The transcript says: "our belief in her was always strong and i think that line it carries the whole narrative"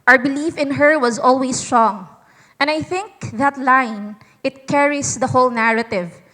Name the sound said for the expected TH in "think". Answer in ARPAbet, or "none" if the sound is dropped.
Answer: TH